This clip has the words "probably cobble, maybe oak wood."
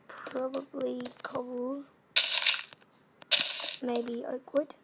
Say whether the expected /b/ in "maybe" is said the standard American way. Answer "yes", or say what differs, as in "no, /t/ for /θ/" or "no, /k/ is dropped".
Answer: yes